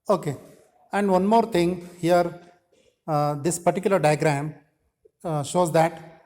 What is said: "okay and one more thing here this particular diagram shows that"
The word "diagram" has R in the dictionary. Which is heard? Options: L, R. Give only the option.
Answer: R